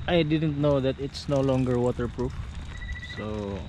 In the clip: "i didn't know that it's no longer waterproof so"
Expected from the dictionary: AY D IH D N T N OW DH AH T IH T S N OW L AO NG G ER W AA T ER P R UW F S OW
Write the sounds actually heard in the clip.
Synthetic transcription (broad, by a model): AY D IH D N T N OW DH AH T IH T S N OW L AO NG G ER W AA T ER P R UW F S OW